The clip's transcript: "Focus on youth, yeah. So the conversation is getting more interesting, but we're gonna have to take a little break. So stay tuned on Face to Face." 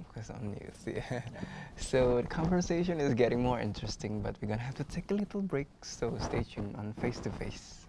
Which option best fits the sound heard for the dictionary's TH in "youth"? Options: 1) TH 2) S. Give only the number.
2